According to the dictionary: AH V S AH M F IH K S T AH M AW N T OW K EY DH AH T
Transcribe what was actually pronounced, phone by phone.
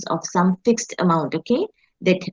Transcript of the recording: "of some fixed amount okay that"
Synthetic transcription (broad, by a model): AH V S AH M F IH K S T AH M AW N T OW K EY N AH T